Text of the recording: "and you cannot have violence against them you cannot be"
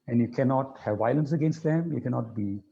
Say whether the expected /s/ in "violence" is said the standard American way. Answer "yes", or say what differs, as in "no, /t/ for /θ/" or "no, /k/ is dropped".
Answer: yes